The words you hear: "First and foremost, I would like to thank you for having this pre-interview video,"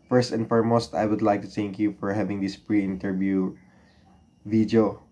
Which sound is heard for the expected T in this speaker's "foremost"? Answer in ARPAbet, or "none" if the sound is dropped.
T